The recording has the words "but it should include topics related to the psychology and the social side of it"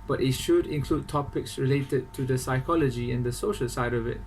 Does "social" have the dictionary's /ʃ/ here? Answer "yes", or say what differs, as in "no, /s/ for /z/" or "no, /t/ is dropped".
yes